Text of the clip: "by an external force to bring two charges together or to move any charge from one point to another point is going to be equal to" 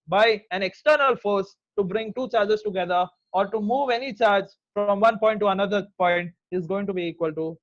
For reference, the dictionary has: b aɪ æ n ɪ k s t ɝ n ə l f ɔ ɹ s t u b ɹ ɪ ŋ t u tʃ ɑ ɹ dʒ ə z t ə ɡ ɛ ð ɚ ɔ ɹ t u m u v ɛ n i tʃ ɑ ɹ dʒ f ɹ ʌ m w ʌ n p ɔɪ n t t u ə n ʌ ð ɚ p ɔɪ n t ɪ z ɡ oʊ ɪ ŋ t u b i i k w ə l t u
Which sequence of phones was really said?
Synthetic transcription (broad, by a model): b aɪ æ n ɪ k s t ɝ n ə l f ɔ ɹ s t u b ɹ ɪ ŋ t u tʃ ɑ ɹ dʒ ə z t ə ɡ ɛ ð ɚ ɔ ɹ t u m u v ɛ n i tʃ ɑ ɹ dʒ f ɹ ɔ m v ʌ n p ɔɪ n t t u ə n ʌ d ɚ p ɔɪ n t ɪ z ɡ oʊ ɪ ŋ t u b i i k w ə l t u